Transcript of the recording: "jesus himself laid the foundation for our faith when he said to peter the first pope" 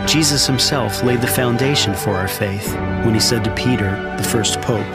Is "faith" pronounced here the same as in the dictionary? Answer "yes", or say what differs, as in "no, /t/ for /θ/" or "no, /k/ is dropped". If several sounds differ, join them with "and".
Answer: yes